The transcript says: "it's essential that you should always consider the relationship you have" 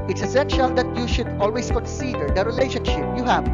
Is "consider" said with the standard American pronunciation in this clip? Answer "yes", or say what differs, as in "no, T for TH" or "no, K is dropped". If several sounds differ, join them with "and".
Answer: no, N is dropped